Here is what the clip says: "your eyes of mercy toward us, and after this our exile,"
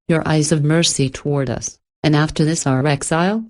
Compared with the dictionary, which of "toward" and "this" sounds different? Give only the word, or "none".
none